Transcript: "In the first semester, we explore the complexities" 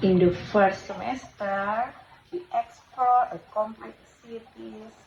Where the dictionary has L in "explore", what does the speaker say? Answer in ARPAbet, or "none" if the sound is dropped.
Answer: none